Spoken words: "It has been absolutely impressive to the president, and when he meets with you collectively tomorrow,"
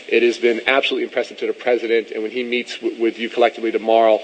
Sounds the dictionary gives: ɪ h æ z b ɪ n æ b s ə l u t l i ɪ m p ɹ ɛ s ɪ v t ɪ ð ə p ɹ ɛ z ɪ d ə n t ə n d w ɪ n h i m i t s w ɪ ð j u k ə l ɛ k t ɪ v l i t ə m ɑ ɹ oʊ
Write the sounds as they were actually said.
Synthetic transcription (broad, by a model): ɪ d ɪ z b ɪ n æ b s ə l u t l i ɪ m p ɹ ɛ s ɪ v t ɪ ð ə p ɹ ɛ z ɪ d ə n t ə n w ɪ n i m i t s w ɪ ð j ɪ k ə l ɛ k t ɪ v l i t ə m ɑ ɹ oʊ